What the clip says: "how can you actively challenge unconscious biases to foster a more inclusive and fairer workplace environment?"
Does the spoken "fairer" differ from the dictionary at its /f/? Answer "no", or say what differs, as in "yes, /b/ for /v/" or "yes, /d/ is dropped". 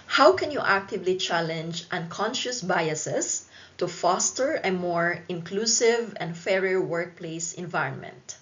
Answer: no